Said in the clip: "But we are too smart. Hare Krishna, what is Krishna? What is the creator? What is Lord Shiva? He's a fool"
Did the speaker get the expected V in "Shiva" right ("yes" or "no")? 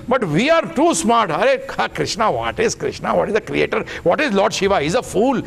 yes